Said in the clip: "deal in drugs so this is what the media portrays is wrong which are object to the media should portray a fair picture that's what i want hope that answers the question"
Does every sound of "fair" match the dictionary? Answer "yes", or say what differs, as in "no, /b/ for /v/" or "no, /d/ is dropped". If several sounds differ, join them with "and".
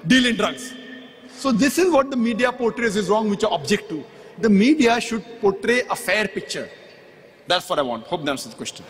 yes